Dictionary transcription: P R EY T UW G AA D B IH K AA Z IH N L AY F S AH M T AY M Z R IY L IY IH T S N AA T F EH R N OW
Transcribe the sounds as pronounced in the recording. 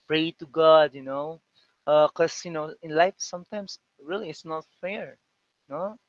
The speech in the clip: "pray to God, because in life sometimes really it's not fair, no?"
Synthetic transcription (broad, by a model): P R EY T UW G AA D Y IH K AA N IH N L AY F S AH M T AY M S R IY L IY IH T S N AA T F EH R N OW